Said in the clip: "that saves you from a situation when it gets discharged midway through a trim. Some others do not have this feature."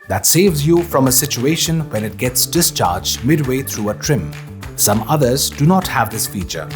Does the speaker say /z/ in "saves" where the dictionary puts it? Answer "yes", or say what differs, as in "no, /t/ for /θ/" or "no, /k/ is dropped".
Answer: yes